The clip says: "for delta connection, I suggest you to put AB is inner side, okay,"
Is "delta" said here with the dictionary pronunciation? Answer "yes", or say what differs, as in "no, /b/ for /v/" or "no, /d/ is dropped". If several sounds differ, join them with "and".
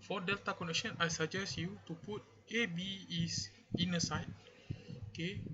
yes